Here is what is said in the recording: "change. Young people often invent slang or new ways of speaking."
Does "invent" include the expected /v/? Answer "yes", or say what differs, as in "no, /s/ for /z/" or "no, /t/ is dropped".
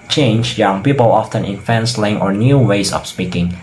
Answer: no, /f/ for /v/